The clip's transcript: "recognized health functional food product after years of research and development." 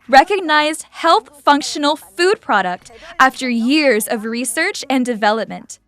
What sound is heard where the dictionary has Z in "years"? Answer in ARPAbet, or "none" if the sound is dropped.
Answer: Z